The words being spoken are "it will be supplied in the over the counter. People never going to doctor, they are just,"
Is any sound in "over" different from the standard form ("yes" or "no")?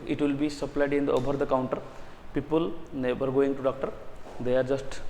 yes